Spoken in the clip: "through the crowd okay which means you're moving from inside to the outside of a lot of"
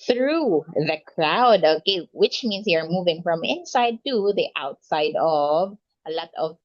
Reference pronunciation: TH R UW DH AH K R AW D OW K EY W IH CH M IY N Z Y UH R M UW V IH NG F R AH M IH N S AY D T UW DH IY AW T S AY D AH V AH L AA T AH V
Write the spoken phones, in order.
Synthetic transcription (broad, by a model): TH R UW DH AH K R AW D OW K EY W IH CH M IY N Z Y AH R M UW V IH NG F R AH M IH N S AY D T UW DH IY AW T S AY D AH V AH L AA T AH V